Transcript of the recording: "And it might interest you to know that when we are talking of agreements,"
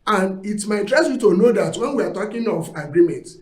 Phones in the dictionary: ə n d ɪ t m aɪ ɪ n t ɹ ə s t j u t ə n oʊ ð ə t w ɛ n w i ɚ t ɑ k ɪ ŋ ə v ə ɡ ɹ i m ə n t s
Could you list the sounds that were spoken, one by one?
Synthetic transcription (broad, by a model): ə n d ɪ t m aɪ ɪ t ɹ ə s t j u t ə n oʊ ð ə t w ɛ n w i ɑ t ɑ k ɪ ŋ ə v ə ɡ ɹ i m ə n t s